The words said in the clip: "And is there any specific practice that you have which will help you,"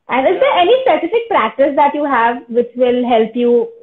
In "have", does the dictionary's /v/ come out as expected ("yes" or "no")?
yes